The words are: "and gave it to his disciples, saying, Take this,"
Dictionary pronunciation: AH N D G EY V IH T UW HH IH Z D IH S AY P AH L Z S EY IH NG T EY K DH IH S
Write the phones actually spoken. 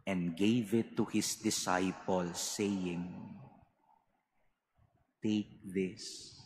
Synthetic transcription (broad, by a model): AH N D G EY V IH T UW HH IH S D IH S AY P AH L S EY IH NG T EY K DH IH S